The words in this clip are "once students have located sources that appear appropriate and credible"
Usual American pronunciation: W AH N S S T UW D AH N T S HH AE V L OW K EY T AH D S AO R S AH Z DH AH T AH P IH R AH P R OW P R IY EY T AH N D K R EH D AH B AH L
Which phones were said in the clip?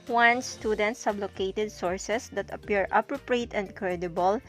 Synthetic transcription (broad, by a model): W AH N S S T UW D AH N T S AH B L OW K EY T AH D S AO R S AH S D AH T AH P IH R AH P R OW P R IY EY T AH N D K R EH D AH B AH L